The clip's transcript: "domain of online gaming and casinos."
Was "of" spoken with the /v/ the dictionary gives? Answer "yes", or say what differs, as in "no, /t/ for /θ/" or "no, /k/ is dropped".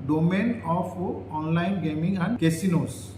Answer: no, /p/ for /v/